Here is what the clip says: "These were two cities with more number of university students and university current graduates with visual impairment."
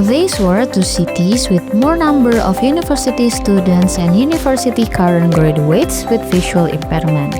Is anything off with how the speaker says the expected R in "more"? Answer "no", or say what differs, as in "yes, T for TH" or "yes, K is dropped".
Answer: no